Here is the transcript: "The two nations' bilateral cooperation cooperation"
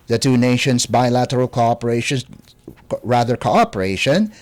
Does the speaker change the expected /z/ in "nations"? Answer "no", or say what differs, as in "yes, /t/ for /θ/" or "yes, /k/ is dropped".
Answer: yes, /s/ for /z/